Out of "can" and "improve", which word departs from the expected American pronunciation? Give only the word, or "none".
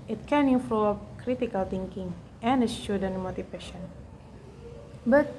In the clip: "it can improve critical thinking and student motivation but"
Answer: improve